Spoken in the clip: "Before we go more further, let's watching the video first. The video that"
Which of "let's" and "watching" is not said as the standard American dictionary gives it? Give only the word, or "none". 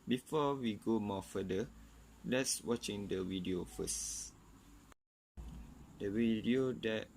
none